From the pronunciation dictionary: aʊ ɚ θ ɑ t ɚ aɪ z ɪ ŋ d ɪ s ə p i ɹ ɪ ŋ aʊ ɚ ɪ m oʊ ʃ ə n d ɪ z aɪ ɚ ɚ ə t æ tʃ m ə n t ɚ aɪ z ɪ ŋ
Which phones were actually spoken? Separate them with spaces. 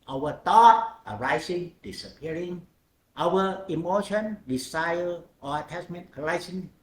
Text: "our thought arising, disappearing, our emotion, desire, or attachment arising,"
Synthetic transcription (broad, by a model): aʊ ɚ t ɑ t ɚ aɪ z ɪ ŋ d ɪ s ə p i ɹ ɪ ŋ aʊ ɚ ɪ m oʊ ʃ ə n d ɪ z aɪ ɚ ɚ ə t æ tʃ m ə n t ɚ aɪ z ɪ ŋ